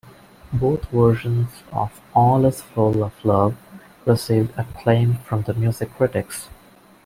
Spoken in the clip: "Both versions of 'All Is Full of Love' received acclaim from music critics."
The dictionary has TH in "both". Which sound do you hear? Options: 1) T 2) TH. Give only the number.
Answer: 1